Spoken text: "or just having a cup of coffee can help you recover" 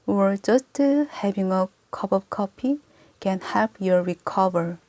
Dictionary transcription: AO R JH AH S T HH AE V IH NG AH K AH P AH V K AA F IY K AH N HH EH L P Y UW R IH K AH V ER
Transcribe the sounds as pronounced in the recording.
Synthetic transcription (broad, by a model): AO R JH AH S T HH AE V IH NG AH K AH P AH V K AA P IY K AH N HH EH P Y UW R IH K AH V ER